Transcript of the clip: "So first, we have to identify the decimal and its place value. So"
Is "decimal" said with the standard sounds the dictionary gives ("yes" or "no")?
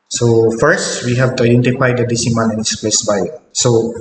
no